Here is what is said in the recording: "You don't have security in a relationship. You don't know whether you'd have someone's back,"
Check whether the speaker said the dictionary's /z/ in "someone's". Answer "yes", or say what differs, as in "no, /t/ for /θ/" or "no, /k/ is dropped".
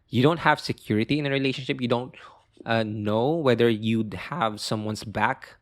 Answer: no, /s/ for /z/